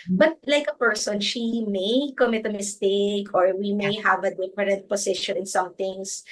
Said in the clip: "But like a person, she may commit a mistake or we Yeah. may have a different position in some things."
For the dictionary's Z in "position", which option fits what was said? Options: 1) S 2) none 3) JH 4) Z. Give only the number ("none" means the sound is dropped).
1